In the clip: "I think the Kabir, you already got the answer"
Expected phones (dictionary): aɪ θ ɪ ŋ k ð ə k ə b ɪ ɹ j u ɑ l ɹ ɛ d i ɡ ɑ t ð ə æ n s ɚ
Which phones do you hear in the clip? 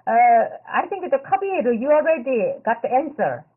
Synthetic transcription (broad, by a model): aɪ t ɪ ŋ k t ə k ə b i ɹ j u ɑ l ɹ ɛ d i ɡ ɑ t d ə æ n s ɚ